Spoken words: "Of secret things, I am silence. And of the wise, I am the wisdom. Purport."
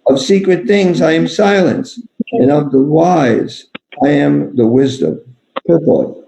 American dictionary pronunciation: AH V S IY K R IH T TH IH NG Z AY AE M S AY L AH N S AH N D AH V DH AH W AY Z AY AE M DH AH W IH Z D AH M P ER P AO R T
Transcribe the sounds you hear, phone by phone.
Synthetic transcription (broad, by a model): AH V S IY K R IH T TH IH NG Z AY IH M S AY L AH N S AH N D AH V DH AH W AY Z AY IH M DH AH W IH Z D AH M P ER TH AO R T